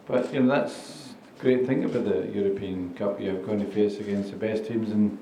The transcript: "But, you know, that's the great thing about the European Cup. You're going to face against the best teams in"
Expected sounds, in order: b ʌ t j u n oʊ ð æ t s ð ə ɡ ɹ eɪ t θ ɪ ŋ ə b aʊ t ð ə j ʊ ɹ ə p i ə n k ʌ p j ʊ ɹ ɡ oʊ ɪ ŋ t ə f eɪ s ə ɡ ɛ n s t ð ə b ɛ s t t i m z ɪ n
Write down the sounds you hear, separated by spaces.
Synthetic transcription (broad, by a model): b ʌ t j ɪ n oʊ ð æ t s ɡ ɹ eɪ t θ ɪ ŋ ə b aʊ t ð ə j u ɹ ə p i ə n k ʌ p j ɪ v ɡ oʊ ɪ ŋ t ə f eɪ s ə ɡ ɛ n s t ð ə b ɛ s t t i m z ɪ n